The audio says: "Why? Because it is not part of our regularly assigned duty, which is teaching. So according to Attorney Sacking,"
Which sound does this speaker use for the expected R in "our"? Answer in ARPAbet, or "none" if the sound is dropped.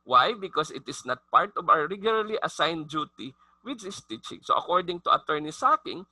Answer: W